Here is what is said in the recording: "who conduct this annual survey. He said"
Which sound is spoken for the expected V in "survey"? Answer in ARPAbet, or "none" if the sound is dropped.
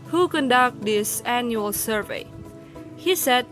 V